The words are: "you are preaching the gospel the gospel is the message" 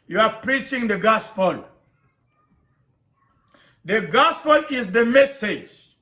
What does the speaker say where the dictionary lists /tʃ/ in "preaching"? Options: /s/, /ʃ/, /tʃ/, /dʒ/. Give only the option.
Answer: /tʃ/